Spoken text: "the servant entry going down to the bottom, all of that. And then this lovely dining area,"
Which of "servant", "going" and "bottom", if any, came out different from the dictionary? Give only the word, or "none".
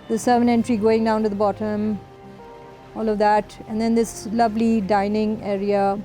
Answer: servant